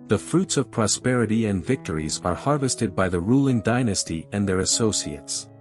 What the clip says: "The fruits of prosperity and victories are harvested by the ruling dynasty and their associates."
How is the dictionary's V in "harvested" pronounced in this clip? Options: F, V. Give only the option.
V